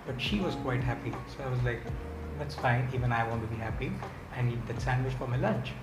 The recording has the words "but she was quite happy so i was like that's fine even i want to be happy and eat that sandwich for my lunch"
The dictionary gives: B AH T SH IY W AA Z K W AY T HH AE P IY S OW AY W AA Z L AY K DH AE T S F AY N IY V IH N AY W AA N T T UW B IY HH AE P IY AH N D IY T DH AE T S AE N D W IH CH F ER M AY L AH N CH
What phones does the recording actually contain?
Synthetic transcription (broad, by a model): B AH T SH IY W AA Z K W AY T HH AE P IY S OW AY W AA Z L AY K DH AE T S F AY N IY V IH N AY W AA N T T UW B IY HH AE P IY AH N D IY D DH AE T S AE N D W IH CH F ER M AY L AH N CH